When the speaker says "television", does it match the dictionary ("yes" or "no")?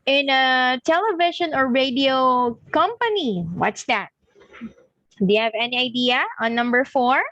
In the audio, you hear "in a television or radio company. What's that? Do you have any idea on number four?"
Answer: no